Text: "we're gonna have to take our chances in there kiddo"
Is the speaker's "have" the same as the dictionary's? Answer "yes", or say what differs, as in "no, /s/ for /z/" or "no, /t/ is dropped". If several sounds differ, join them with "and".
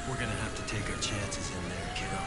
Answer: no, /f/ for /v/